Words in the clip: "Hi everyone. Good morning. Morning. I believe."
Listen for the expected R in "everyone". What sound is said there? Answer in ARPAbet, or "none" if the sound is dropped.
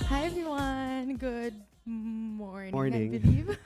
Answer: none